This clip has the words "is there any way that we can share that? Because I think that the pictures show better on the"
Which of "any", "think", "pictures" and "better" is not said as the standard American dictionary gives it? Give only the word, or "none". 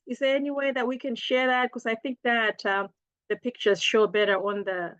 none